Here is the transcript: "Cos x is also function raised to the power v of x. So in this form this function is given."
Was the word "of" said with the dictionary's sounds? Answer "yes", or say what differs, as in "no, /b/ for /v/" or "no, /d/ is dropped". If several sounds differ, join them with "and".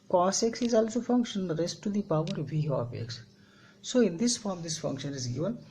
no, /p/ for /v/